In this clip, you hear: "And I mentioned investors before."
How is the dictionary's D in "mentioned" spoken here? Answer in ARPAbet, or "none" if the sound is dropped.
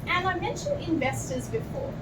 none